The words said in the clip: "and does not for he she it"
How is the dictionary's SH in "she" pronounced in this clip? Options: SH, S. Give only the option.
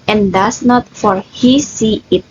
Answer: S